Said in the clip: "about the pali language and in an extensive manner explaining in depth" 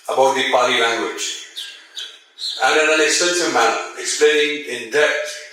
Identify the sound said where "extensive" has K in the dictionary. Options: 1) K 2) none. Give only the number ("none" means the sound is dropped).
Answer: 2